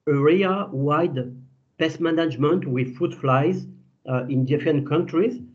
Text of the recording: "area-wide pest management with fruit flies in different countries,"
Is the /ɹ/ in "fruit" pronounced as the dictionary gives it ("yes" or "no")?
no